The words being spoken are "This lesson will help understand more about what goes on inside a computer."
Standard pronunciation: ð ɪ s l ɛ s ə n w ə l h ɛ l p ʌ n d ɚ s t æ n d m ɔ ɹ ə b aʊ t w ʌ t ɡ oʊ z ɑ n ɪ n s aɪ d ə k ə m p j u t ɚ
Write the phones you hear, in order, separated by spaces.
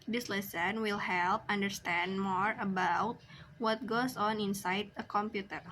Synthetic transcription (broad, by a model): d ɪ s l ɛ s ə n w ə l h ɛ l p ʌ n d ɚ s t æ n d m ɔ ɹ ə b aʊ t w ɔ t ɡ oʊ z ɑ n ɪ n s aɪ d ə k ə m p j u t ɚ